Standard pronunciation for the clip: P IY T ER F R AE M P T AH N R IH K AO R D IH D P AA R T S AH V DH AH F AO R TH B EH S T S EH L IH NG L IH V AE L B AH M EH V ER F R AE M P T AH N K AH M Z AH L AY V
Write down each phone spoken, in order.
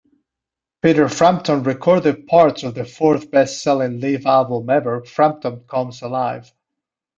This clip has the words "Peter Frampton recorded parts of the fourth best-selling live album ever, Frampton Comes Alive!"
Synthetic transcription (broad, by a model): P IY T ER F R AE M P T AH N R IH K AO R D IH D P AA R T S AH V DH AH F AO R TH B EH S T S EH L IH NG L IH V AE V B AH M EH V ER F R AE M P T AH N K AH M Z AH L AY V